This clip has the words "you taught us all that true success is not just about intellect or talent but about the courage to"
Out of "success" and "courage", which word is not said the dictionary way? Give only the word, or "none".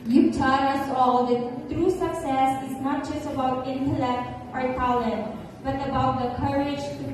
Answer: none